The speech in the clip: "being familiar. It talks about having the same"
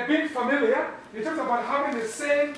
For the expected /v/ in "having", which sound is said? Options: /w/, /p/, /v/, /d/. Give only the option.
/p/